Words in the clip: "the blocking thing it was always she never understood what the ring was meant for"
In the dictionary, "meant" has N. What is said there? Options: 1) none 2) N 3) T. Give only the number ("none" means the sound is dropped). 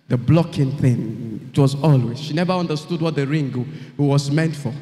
2